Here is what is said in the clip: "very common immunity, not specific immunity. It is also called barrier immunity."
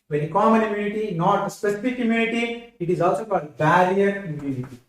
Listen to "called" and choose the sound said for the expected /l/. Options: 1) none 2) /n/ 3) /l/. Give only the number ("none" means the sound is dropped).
1